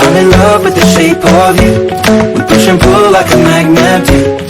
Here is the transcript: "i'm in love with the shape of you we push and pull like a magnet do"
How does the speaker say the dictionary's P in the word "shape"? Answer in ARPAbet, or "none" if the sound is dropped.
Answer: P